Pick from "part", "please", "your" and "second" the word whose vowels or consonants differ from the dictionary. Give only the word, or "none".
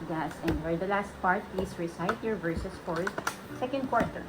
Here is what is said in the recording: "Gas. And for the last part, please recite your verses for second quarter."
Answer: please